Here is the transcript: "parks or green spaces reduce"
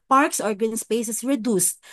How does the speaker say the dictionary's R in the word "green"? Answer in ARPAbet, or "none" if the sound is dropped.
none